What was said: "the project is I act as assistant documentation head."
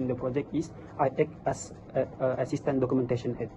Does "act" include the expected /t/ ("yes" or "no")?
no